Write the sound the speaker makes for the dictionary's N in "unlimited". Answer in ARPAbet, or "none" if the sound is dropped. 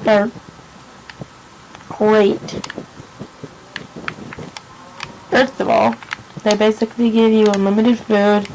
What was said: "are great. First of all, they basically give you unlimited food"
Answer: none